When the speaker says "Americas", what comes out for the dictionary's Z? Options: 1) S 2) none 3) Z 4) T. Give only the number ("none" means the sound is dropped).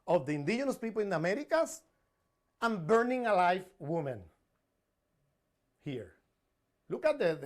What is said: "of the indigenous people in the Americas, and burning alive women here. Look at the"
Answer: 1